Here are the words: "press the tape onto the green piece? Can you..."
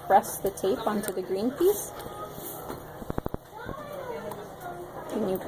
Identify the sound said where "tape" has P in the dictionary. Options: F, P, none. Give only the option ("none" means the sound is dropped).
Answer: P